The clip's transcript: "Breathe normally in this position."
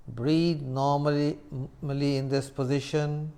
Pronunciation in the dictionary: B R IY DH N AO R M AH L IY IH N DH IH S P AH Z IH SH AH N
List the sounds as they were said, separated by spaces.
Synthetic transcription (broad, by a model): B R IY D N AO L M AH L IY IH N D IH S P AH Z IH SH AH N